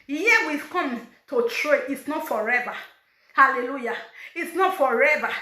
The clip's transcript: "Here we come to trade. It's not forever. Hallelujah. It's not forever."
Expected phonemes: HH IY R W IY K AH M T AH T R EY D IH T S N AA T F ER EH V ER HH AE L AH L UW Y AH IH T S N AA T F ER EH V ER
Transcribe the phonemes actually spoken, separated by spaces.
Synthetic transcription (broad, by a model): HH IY W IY K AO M T AH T R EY IH T S N AA T F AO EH V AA HH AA L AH L UW Y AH IH T S N AA T F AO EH V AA